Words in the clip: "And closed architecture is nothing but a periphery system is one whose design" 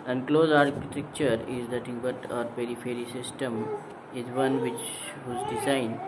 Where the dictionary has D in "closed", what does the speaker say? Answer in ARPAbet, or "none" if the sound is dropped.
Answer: none